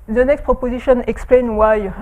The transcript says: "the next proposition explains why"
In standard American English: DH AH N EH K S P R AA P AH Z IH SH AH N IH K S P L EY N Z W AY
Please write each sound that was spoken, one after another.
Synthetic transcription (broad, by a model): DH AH N EH K S P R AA P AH Z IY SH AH N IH K S P L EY N W AY